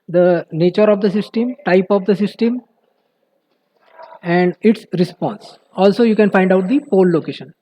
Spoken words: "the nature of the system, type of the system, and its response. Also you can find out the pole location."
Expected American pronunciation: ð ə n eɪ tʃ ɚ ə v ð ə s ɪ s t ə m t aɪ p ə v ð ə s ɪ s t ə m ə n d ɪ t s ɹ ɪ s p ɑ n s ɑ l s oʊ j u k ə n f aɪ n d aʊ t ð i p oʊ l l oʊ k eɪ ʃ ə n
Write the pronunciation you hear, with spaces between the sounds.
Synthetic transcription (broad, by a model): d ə n eɪ tʃ ɚ ə v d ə s ɪ s t ə m t aɪ p ə v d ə s ɪ s t ə m ə n d ɪ t s ɹ ɪ s p ɑ n s ɑ l s oʊ j u k ə n f aɪ n d aʊ t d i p oʊ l l oʊ k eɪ ʃ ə n